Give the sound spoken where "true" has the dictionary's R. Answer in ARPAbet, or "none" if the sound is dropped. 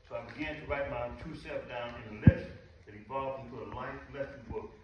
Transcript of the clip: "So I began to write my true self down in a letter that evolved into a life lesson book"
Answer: none